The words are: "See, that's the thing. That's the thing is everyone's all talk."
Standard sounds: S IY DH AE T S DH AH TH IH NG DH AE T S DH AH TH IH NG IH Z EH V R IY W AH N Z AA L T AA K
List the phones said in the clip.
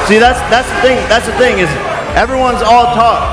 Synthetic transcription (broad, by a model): S IY DH AE T S DH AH TH IH NG DH AE T S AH TH IH NG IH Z EH V R IY W AH N Z AA L T AA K